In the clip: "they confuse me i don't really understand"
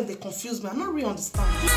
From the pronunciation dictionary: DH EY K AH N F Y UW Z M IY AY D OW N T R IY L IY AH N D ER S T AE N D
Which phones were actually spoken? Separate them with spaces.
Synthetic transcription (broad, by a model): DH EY K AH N F Y UW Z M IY AY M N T R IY IY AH N D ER S T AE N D